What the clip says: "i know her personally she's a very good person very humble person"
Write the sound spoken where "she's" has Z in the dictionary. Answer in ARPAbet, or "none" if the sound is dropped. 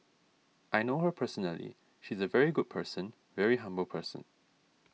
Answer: Z